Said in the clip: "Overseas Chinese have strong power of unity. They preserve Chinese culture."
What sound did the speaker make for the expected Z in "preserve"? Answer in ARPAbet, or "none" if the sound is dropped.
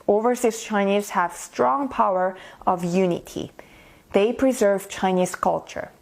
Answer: Z